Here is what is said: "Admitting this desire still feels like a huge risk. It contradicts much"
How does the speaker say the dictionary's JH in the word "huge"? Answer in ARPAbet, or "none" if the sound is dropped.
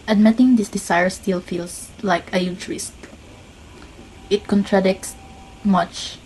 CH